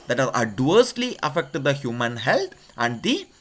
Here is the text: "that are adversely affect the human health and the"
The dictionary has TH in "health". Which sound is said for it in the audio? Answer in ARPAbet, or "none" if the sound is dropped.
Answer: T